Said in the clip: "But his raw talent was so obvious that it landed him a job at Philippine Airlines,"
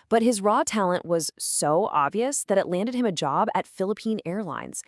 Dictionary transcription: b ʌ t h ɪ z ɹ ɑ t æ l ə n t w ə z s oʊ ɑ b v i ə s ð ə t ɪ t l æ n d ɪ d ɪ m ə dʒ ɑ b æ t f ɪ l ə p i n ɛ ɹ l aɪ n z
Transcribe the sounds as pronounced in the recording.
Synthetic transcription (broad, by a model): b ʌ t h ɪ z ɹ ɑ t æ l ə n t w ə z s oʊ ɑ b v i ə s ð ə t ɪ t l æ n d ɪ d ɪ m ə dʒ ɑ b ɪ t f ɪ l ə p i n ɛ ɹ l aɪ n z